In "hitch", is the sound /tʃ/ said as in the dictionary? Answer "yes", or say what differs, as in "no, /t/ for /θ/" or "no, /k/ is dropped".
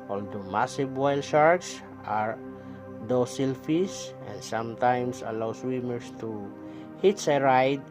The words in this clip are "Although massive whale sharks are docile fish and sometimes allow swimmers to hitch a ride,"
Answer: no, /s/ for /tʃ/